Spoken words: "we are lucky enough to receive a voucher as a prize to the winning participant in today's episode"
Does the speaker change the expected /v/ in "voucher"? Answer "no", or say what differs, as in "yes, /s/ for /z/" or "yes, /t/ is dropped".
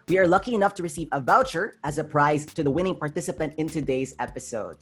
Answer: no